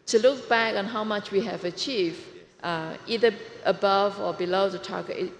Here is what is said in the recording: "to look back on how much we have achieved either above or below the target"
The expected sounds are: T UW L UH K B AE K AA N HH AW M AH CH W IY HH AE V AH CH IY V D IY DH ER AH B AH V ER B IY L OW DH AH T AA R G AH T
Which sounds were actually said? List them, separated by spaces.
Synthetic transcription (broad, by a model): T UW L UH K B AE K AA N HH AW M AH CH W IY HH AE V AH CH IY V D IY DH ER AH B AH V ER B IY L OW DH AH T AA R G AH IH